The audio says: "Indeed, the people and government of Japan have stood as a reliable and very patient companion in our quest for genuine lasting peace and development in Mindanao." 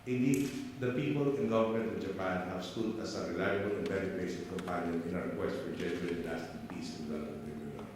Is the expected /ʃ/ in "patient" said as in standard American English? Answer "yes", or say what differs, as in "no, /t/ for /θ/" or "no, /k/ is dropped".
no, /s/ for /ʃ/